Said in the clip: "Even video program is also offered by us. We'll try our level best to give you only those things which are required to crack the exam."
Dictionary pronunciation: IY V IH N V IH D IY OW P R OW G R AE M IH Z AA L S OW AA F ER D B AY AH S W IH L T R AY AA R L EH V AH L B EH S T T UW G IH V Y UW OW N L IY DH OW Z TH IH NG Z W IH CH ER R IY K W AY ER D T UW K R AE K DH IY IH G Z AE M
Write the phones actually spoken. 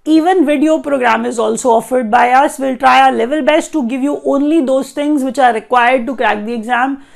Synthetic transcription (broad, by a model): IY V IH N V IH D IY OW P R OW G R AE M IH Z AA L S OW AA F ER D B AY AH S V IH L T R AY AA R L EH V AH L B EH S T T UW G IH V Y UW OW N L IY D OW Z T IH NG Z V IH CH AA R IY K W AY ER D T UW K R AE K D IY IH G Z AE M